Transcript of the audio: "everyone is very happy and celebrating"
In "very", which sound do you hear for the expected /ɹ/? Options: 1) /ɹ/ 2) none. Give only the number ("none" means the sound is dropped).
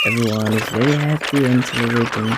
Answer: 2